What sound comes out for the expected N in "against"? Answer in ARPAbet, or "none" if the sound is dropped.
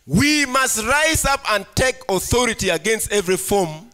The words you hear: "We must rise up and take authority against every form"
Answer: N